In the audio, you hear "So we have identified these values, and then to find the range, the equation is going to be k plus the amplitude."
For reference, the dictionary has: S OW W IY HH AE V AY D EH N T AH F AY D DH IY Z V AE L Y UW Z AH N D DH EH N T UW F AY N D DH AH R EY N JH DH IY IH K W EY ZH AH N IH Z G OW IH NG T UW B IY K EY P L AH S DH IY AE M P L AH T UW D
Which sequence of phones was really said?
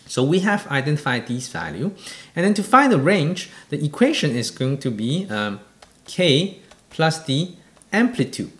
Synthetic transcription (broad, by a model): S OW W IY HH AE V AY D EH N T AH F AY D IY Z V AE L Y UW AH N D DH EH N T UW F AY N D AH R EY N JH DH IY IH K W EY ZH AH N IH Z G OW IH NG T UW B IY K EY P L AH S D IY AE M P L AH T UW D